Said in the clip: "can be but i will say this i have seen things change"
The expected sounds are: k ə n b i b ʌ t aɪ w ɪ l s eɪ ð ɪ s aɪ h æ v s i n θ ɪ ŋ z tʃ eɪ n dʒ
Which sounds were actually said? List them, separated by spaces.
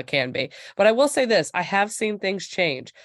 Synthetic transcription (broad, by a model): k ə n b i b ʌ t aɪ w ɪ l s eɪ ð ɪ s aɪ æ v s i n θ ɪ ŋ z tʃ eɪ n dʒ